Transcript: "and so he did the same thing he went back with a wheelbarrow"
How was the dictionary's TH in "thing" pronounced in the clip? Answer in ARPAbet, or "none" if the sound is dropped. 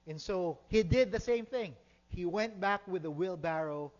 TH